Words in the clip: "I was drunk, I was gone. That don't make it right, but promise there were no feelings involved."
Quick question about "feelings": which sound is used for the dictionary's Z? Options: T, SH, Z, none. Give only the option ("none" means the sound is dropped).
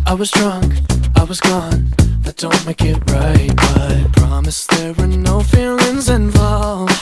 Z